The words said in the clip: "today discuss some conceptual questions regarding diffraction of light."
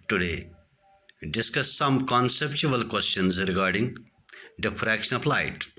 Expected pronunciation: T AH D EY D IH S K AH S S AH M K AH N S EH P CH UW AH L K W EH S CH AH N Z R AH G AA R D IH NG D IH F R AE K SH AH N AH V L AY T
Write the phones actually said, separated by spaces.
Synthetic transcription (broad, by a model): T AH D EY D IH S K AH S S AH M K AH N S EH P CH UW AH L K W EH S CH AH N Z R AH G AA R D IH NG D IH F R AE K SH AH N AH P L AY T